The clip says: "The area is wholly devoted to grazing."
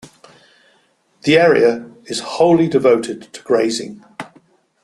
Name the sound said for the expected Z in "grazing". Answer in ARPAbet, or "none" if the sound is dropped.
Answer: Z